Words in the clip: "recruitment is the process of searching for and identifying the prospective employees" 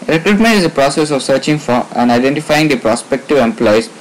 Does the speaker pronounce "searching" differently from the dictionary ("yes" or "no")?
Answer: no